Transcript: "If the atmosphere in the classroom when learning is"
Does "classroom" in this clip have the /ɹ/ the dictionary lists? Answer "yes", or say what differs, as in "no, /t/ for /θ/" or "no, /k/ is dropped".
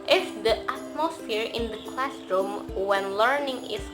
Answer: yes